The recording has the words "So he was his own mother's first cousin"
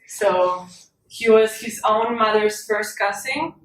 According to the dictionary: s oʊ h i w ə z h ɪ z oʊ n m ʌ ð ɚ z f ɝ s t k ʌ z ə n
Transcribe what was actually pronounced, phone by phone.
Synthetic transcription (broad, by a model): s oʊ h i w ə z h ɪ z oʊ n m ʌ ð ɚ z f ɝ s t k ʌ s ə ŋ